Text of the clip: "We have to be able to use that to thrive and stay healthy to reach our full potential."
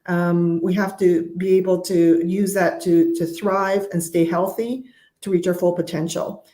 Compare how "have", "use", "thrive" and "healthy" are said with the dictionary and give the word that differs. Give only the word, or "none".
have